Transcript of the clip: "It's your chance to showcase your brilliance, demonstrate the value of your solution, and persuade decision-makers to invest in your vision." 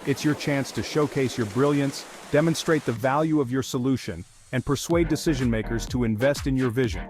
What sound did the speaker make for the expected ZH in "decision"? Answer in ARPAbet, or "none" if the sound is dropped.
ZH